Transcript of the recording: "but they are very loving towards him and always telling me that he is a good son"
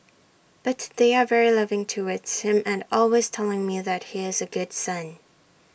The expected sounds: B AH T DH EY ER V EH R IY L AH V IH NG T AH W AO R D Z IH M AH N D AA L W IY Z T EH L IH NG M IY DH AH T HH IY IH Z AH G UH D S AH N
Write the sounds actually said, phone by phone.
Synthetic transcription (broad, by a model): B AH T DH EY ER V EH R IY L AH V IH NG T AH W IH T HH IH M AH N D AA L W IY Z T EH L IH NG M IY DH AH T HH IY IH Z AH G UH D S AH N